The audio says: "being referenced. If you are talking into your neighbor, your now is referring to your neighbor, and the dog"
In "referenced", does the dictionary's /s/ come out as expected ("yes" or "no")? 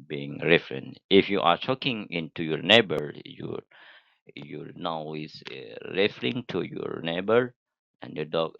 no